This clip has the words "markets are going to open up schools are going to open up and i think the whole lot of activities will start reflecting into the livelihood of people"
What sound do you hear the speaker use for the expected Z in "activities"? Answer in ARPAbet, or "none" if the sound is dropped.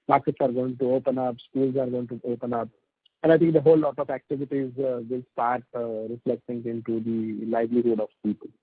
Z